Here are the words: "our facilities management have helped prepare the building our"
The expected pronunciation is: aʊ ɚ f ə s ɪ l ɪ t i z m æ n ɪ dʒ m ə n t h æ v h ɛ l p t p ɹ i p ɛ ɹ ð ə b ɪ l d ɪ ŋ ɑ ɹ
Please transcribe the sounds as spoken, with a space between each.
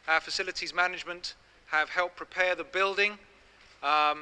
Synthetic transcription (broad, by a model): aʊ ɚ f ə s ɪ l ɪ t i z m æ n ɪ dʒ m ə n t h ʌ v h ɛ l p p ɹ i p ɛ ð ə b ɪ l d ɪ ŋ